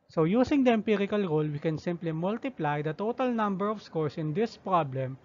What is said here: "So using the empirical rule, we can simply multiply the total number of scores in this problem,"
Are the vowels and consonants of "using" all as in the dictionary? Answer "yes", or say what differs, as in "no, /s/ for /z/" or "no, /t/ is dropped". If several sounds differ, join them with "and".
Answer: no, /s/ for /z/